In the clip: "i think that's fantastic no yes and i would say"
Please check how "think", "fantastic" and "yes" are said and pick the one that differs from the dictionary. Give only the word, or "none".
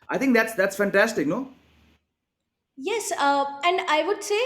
think